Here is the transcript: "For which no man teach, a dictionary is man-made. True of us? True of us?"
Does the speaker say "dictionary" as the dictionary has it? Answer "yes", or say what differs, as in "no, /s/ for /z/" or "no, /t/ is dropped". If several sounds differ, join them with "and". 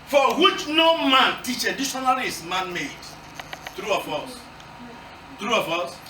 no, /k/ is dropped